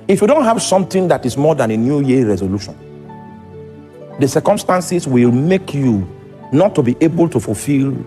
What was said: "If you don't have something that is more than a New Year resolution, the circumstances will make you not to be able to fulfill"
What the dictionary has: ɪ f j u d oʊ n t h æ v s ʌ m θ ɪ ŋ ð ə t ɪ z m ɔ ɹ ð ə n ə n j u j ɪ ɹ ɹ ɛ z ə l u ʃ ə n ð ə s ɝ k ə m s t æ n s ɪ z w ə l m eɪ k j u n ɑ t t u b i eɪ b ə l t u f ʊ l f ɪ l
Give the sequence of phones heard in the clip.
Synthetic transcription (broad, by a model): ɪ f j u d oʊ n t h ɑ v s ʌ m t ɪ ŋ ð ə t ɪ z m ɔ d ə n ə n j u j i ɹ ɹ ɛ z ə l u ʃ ə n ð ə s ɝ k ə m s t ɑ n s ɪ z w ə l m eɪ k j u n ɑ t t u b i eɪ b ə l t u f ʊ l f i l